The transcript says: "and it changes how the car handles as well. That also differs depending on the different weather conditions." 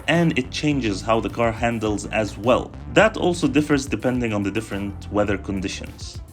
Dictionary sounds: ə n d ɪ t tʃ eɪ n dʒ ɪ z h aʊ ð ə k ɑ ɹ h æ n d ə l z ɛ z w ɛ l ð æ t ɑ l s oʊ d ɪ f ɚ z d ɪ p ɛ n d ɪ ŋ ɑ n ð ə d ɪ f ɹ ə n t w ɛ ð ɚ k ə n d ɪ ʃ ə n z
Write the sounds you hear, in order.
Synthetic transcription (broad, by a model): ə n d ɪ t tʃ eɪ n dʒ ɪ z h aʊ ð ə k ɑ ɹ h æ n d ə l z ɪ z w ɛ l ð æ t ɑ l s oʊ d ɪ f ɚ z d ɪ p ɛ n d ɪ ŋ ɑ n ð ə d ɪ f ɹ ə n t w ɛ ð ɚ k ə n d ɪ ʃ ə n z